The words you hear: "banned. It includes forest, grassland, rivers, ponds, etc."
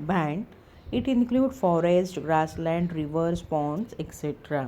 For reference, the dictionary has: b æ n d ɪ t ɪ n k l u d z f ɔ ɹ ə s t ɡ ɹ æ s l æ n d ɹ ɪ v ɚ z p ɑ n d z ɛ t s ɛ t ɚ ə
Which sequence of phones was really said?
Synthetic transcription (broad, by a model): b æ n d ɪ t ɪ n k l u d f ɔ ɹ ə s t ɡ ɹ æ s l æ n d ɹ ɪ v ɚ s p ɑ n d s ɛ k s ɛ t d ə